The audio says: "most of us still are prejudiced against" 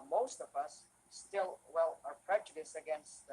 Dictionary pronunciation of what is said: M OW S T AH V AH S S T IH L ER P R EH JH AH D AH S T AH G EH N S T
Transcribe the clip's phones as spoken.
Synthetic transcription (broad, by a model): M OW S T AH V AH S S T IH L ER P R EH JH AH D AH S AH G EH N S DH